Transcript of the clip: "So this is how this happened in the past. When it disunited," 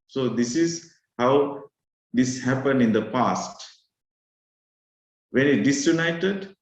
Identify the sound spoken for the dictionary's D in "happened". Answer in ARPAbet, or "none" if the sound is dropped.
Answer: D